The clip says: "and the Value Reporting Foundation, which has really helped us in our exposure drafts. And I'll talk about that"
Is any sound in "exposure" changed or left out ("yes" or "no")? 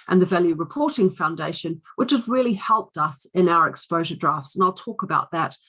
no